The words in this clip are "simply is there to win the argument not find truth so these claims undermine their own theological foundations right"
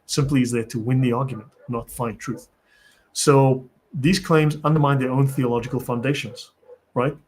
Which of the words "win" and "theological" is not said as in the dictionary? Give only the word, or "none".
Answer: none